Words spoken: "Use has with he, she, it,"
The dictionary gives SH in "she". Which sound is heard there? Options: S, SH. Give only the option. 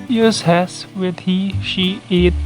SH